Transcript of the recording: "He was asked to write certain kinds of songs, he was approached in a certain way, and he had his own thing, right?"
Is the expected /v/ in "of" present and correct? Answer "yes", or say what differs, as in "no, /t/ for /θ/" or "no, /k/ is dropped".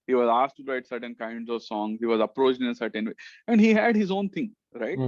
yes